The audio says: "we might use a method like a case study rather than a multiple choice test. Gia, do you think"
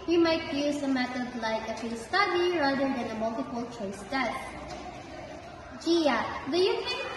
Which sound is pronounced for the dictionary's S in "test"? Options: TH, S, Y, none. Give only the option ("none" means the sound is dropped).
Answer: none